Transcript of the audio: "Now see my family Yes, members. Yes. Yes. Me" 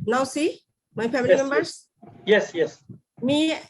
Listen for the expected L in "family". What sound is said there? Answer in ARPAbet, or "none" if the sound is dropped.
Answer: none